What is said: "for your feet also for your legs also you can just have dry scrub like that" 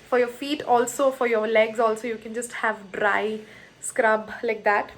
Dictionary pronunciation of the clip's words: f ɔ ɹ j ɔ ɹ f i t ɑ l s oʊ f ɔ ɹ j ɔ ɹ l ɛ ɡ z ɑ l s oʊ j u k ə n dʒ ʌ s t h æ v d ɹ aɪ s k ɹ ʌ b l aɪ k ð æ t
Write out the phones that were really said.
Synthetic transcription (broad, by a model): f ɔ ɹ j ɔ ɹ f i t ɑ l s oʊ f ɔ ɹ j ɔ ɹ l ɛ ɡ z ɑ l s oʊ j u k ə n dʒ ʌ s t h æ v d ɹ aɪ s k ɹ ʌ b l aɪ k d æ t